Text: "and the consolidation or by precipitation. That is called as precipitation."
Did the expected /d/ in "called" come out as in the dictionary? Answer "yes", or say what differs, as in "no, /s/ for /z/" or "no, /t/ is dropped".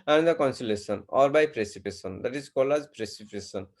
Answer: no, /d/ is dropped